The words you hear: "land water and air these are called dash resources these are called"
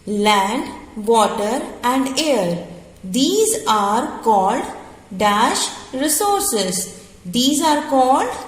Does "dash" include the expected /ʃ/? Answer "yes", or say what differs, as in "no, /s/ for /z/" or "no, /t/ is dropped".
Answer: yes